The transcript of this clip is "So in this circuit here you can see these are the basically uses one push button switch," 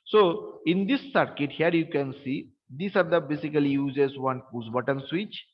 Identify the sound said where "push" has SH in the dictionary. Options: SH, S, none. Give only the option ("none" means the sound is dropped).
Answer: S